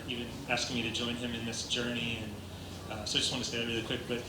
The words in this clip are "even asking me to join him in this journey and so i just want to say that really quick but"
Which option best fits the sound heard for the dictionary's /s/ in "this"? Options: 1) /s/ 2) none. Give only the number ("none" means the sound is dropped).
1